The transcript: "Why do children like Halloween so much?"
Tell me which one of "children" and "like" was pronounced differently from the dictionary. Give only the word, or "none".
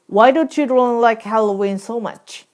children